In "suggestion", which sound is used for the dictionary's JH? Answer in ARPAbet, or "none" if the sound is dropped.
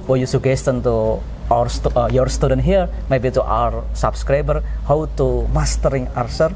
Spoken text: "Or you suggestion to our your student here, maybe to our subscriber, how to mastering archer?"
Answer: none